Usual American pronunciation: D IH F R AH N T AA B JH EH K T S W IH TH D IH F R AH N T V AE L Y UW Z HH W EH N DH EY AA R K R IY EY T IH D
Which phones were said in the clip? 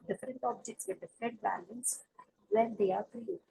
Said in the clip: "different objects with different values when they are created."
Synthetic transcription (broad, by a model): D IH F R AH N T AA B JH EH K T S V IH D IH F R AH N T B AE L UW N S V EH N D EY AA R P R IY